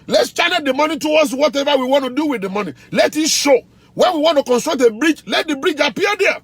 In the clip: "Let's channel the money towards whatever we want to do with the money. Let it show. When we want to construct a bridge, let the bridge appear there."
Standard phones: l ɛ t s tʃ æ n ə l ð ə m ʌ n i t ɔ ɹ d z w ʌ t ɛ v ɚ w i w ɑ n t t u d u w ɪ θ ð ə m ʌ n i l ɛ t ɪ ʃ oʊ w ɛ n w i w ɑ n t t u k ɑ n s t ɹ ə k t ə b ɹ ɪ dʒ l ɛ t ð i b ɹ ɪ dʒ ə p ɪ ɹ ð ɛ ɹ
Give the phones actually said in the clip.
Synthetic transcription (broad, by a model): l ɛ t s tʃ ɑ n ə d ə m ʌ n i t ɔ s w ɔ t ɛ v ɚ w i w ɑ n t t u d u w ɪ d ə m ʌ n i l ɛ t ɪ ʃ oʊ w ɛ n w i w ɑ n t t u k ɑ n s t ɹ ə k t ə b ɹ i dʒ l ɛ t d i b ɹ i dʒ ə p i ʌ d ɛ